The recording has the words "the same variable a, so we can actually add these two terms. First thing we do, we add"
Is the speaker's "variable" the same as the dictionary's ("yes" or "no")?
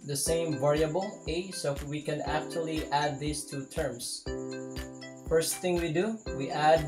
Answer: yes